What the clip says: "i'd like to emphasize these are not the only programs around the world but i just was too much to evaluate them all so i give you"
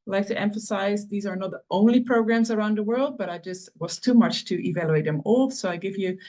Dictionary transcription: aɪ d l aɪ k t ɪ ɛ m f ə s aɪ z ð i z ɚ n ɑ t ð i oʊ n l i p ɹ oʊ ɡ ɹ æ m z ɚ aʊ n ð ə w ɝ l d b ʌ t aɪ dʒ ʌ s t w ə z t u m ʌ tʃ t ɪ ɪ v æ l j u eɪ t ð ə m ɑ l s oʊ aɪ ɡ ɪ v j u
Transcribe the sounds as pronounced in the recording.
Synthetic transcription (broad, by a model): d l aɪ k t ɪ ɛ m f ə s aɪ z ð i z ɚ n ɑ t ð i oʊ n l i p ɹ oʊ ɡ ɹ æ m z ɚ aʊ n ð ə w ɝ l d b ʌ t aɪ dʒ ʌ s t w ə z t u m ʌ tʃ t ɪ ɪ v æ l j u eɪ t ð ə m ɑ l s oʊ aɪ ɡ ɪ v j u